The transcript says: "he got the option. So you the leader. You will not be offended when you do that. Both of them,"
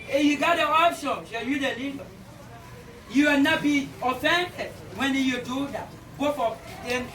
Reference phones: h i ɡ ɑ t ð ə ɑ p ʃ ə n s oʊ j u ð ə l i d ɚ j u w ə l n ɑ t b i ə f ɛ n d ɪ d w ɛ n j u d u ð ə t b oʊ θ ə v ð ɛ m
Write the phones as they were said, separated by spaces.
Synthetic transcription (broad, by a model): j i ɡ ɑ t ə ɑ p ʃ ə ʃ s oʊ j u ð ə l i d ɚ j u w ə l n ɑ t b i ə f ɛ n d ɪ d w ɛ n j u d u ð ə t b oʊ f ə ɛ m